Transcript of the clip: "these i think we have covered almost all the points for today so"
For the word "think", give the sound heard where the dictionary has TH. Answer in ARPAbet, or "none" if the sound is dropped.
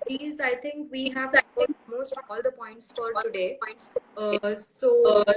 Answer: T